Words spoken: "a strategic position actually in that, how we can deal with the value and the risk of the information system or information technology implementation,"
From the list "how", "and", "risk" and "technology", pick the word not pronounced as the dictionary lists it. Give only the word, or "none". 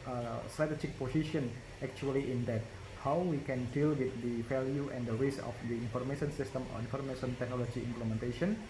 risk